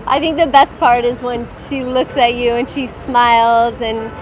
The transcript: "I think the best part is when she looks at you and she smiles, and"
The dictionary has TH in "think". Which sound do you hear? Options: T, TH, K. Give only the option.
TH